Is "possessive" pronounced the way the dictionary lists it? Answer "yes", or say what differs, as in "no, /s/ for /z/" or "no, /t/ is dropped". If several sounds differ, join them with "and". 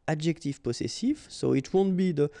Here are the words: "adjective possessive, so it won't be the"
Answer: no, /s/ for /z/